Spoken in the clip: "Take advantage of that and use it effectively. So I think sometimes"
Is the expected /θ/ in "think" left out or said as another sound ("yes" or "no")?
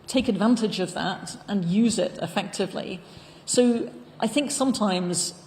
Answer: no